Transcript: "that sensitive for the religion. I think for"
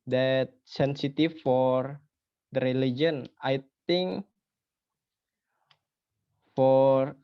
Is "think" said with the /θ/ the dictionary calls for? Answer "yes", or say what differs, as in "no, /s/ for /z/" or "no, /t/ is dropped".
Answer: no, /t/ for /θ/